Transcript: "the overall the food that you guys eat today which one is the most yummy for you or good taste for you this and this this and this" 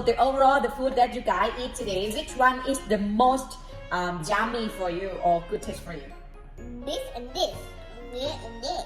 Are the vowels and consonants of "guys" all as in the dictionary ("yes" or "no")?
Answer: no